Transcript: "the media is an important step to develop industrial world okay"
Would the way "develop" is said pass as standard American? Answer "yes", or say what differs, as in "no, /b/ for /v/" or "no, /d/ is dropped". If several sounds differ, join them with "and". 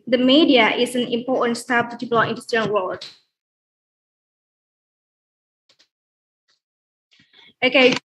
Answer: no, /p/ is dropped